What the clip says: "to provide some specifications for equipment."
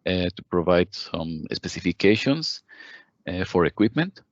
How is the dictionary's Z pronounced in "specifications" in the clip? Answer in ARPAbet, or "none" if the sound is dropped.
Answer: S